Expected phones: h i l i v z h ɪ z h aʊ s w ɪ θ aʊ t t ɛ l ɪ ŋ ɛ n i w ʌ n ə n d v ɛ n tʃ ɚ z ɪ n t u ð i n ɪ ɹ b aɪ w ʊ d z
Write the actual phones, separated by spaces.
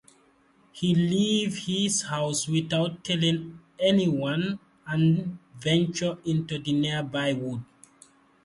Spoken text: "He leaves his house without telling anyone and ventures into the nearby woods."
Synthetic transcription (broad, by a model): h i l i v h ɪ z h aʊ s w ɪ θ aʊ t t ɛ l ɪ ŋ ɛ n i w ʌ n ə n v ɛ n tʃ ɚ ɪ n t u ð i n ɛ b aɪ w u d